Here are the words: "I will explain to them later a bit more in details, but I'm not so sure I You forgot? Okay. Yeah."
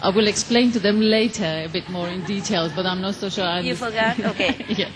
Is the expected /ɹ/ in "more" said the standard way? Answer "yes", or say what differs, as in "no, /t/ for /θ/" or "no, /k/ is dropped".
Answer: yes